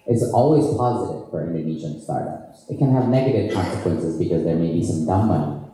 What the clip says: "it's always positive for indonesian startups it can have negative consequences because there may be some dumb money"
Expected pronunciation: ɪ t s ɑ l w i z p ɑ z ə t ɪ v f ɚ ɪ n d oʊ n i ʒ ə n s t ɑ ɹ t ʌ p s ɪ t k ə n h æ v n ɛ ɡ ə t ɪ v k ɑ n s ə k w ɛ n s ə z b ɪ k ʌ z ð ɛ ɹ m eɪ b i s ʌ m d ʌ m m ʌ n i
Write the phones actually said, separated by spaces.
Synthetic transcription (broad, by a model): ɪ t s ɑ l w i z p ɑ z ə t ɪ v f ɚ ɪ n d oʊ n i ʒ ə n s t ɑ ɹ t ʌ p s ɪ t k ə n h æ v n ɛ ɡ ə t ɪ v k ɑ n s ə k w ɛ n s ə z b ɪ k ʌ z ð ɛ ɹ m eɪ b i s ʌ m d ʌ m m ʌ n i